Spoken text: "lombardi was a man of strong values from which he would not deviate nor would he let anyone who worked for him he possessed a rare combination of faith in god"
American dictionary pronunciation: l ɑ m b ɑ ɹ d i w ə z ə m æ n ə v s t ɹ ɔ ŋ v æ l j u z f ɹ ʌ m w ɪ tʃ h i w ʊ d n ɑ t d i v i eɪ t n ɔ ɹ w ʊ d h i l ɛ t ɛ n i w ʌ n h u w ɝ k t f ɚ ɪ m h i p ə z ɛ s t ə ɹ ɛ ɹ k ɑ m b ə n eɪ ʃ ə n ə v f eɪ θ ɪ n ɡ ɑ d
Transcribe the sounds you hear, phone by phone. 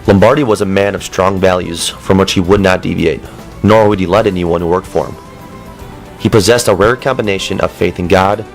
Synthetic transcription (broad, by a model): l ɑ m b ɑ ɹ d i w ə z ə m æ n ə v s t ɹ ɔ ŋ v æ l j u z f ɹ ʌ m w ɪ tʃ h i w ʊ d n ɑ t d i v i eɪ t n ɔ ɹ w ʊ d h i l ɛ t ɛ n i w ʌ n h u w ɝ k t f ɚ ɪ m h i p ə z ɛ s t ə ɹ ɛ ɹ k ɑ m b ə n eɪ ʃ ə n ə v f eɪ θ ɪ n ɡ ɑ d